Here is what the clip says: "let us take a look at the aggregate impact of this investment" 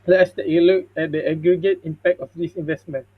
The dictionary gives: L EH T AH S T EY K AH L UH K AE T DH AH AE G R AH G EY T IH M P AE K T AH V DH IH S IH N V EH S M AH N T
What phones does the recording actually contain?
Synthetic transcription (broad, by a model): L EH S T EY AH L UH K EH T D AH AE G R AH G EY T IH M P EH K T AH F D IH S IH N V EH S M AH N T